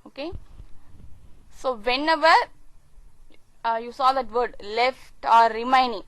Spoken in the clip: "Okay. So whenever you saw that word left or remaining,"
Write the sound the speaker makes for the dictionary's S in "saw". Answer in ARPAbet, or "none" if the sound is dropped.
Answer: S